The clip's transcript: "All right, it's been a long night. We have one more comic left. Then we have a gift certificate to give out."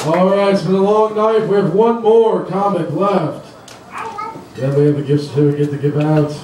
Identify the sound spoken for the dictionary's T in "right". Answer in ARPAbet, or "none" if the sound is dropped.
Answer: none